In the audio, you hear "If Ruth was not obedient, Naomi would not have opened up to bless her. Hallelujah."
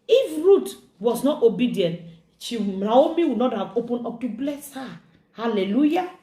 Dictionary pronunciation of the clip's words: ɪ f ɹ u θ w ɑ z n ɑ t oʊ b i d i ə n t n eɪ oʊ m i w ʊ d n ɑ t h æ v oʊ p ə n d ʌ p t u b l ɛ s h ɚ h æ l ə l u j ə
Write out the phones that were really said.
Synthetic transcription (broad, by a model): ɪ f ɹ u t w ɑ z n ɑ t oʊ b i d i ə n t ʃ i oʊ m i w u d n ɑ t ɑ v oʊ p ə n ɔ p t u b l ɛ s h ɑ h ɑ l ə l u j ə